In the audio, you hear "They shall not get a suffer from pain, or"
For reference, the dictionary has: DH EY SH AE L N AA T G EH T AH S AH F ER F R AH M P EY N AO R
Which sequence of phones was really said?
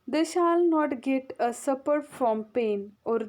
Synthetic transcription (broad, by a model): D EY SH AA L N AA T G EH T AH S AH P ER F R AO M P EY N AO R